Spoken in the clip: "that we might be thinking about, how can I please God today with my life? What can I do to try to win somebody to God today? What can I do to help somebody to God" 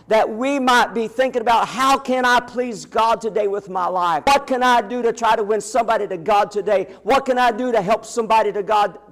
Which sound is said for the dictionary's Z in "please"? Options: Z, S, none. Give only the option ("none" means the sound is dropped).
Z